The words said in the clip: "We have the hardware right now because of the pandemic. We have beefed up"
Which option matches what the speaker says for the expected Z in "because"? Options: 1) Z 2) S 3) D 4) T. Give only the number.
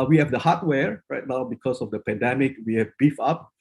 2